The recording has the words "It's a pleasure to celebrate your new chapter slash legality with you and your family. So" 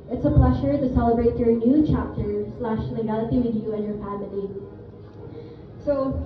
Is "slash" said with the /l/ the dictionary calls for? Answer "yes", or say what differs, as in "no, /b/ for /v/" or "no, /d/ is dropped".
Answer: yes